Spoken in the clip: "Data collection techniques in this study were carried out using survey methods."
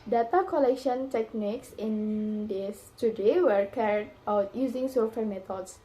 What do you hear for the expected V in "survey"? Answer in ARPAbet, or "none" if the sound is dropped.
F